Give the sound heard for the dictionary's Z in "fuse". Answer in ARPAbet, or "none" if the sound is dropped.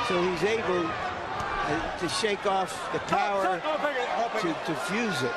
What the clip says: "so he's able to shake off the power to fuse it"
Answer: Z